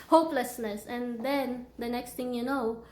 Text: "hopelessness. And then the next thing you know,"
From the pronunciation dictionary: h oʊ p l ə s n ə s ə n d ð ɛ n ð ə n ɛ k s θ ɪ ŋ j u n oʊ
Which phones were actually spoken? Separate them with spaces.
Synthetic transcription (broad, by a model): h oʊ p l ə s n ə s ə n d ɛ n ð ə n ɛ k s t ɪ ŋ j u n oʊ